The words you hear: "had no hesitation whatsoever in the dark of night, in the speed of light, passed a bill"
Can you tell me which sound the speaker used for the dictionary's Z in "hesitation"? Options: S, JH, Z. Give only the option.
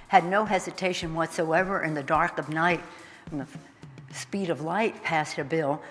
Z